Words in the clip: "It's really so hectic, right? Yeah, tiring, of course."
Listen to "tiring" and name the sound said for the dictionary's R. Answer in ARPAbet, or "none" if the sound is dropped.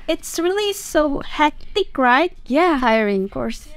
none